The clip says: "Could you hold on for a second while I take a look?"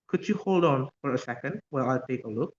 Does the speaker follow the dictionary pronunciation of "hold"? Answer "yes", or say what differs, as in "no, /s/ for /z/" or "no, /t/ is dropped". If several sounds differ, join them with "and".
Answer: yes